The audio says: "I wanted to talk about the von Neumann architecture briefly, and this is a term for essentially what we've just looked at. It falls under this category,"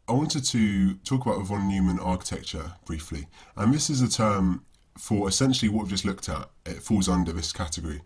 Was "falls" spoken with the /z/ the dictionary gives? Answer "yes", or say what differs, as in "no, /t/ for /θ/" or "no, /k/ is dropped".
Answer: yes